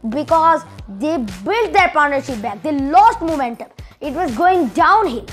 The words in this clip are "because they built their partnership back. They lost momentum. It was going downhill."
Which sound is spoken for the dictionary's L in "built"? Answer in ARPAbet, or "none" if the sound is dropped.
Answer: L